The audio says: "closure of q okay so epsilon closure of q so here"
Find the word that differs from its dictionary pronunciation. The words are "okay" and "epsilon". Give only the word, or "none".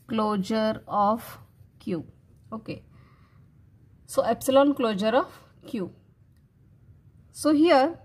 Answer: none